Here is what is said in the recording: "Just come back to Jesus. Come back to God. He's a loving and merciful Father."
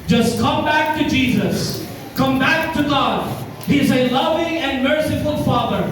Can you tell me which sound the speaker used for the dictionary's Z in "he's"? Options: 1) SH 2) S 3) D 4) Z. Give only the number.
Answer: 4